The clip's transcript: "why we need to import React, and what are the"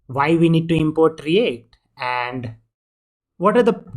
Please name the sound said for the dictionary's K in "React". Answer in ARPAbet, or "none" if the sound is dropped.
none